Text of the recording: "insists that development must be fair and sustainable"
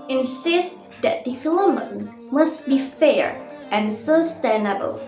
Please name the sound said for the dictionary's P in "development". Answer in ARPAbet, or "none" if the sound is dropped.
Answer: none